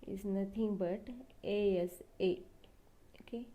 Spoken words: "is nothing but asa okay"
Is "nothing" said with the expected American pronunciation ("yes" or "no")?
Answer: no